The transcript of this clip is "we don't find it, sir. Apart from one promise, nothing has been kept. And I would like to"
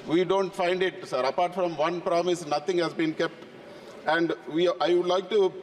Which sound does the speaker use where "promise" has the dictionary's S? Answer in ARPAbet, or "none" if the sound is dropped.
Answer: S